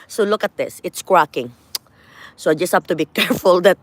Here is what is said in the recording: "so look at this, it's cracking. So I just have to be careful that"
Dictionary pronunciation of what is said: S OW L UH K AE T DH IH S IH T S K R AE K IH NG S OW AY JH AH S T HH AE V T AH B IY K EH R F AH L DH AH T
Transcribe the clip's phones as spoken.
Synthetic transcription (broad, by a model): S OW L UH K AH T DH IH S IH T S K R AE K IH NG S OW AY JH AH S T HH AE P T AH B IY K EH R F AH L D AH T